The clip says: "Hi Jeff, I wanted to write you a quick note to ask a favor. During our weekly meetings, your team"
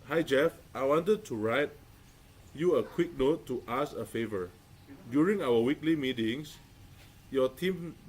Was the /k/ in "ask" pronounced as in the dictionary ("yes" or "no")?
no